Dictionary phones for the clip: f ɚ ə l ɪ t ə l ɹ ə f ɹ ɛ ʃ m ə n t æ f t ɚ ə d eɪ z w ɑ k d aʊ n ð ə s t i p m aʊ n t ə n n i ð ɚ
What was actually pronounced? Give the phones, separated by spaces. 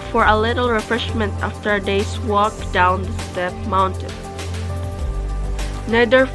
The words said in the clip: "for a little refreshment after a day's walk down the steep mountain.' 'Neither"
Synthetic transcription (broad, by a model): f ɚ ə l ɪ t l ɹ ə f ɹ ɛ ʃ m ə n t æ f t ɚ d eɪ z w ɑ k d aʊ n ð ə s t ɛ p m aʊ n t ə n n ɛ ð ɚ